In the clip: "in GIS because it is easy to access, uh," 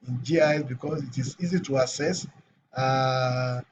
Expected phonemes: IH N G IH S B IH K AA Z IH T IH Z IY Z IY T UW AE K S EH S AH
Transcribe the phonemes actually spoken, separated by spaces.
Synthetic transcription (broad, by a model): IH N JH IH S B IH K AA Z IH T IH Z IY Z IY T UW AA S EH S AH